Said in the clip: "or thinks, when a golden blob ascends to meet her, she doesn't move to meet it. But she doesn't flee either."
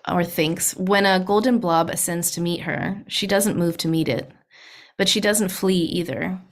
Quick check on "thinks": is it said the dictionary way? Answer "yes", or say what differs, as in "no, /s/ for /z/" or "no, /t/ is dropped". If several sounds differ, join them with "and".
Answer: yes